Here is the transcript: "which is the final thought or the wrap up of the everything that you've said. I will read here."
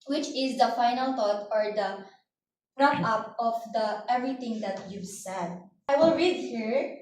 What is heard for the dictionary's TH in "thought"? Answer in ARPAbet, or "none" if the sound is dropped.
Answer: T